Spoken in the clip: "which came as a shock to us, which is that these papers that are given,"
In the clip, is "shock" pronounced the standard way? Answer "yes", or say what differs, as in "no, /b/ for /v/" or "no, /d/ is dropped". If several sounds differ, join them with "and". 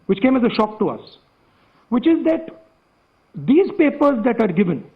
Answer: yes